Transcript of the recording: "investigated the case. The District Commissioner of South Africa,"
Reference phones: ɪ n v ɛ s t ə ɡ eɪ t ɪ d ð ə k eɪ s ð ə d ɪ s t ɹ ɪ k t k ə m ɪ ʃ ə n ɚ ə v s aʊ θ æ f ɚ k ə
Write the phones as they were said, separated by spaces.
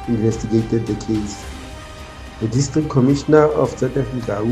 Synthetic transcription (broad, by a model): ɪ n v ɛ s t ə ɡ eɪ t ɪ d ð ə k eɪ s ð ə d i s t ɹ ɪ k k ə m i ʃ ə n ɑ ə f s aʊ t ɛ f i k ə